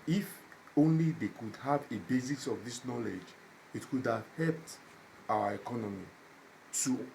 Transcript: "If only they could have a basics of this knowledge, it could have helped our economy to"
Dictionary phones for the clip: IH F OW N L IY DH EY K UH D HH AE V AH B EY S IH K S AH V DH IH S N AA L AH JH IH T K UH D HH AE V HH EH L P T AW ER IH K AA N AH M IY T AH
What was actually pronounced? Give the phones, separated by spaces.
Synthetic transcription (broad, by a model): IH F OW N L IY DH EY K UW D HH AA V AH B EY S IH S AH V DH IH S N AA L AH JH IH T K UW D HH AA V HH EH L P T AW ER IH K AA N AH M IY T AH